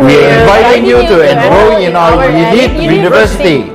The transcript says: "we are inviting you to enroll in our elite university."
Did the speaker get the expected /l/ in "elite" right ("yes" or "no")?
no